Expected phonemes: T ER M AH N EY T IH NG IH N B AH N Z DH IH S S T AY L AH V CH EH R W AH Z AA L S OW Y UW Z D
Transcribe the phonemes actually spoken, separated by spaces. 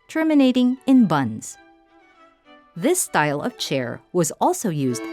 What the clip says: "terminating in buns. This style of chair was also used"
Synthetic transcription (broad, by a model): T ER M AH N EY T IH NG IH N B AH N Z DH IH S S T AY L AH V CH EH R W AH Z AA L S OW Y UW Z D